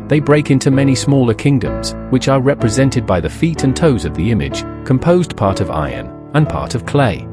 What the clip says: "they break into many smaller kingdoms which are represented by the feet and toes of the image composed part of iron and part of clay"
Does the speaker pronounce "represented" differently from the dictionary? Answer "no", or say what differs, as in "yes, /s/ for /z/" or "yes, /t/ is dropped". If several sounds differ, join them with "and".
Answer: no